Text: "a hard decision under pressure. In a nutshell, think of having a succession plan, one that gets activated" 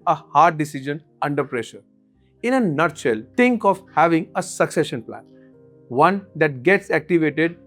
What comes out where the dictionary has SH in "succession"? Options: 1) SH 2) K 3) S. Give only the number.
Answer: 1